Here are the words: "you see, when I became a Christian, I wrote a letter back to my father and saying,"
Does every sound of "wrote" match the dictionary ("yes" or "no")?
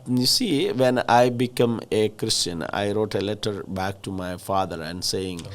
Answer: yes